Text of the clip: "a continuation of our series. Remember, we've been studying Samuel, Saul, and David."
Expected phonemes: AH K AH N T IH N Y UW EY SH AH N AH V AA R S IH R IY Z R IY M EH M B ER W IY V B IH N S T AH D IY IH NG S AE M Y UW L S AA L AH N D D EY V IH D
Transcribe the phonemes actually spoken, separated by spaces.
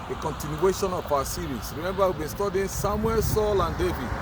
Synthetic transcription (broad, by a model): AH K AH N T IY N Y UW EY SH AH N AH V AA S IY R IY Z R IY M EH M B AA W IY B IH N S T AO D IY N S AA M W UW L S AA L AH N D D EY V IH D